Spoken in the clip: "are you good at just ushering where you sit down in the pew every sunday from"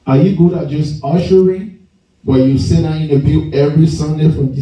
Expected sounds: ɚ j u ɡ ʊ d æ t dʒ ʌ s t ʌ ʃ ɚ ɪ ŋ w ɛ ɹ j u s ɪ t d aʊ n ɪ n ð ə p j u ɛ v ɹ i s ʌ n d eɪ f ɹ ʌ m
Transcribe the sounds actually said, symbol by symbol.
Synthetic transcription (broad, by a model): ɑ j u ɡ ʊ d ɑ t dʒ ʌ s t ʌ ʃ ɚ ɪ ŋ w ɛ j u s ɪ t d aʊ ɪ n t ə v j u ɛ v ɹ i s ʌ n d eɪ f ɹ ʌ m